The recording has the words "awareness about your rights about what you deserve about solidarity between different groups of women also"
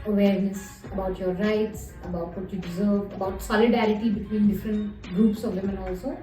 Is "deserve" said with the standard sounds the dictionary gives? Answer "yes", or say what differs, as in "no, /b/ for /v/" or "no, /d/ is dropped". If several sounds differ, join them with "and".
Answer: yes